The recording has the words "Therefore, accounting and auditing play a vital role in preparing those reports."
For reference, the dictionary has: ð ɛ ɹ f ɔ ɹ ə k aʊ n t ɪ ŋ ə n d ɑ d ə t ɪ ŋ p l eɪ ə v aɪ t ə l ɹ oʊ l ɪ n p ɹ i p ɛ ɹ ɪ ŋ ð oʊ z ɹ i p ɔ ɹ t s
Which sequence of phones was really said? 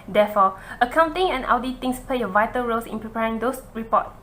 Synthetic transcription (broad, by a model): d ɛ f ɔ ə k aʊ n t ɪ ŋ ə n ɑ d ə t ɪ ŋ p l eɪ ə v aɪ t ə l ɹ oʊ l ɪ n p ɹ i p ɛ ɹ ɪ ŋ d oʊ s ɹ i p ɔ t